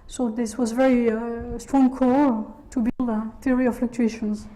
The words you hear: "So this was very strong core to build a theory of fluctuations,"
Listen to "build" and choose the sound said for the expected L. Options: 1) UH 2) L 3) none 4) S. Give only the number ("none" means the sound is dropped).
2